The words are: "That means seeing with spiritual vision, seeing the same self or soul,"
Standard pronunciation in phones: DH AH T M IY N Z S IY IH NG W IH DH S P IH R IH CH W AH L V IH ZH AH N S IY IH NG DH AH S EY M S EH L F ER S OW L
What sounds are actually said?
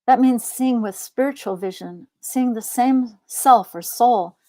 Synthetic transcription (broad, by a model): DH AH T M IY N Z S IY IH NG W IH DH S P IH R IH CH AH L V IH ZH AH N S IY IH NG DH AH S EY M S EH L F ER S OW L